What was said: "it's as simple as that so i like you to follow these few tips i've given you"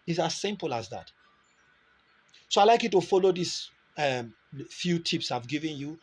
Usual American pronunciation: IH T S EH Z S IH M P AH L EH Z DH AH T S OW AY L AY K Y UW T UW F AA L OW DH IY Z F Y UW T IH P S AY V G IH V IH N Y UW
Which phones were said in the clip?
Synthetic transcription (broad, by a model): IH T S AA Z S IH M P AH L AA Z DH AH T S OW AY L AY K Y UW T UW F AA L OW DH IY S F Y UW T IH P S AY V G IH V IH N Y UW